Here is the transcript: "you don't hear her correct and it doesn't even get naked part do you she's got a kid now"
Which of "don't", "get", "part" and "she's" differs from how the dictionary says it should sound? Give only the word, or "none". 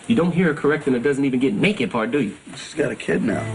she's